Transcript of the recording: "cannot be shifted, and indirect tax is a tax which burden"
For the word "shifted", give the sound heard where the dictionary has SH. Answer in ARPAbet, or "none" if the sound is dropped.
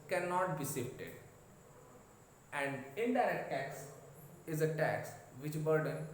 S